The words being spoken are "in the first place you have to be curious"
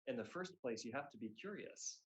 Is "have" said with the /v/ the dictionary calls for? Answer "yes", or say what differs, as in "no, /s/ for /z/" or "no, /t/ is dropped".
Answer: no, /f/ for /v/